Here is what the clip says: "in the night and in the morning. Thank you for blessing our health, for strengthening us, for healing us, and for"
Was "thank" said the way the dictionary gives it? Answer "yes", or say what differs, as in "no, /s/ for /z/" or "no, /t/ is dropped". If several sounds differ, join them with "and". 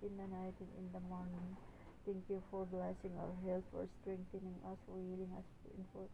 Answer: no, /t/ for /θ/